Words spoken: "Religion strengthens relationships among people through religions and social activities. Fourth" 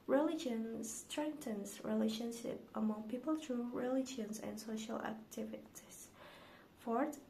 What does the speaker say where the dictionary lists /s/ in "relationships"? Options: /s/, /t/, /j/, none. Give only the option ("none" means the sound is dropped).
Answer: none